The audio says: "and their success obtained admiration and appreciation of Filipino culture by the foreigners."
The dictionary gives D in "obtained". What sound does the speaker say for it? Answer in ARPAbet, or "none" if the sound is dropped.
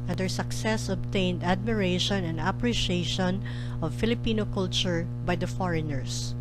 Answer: D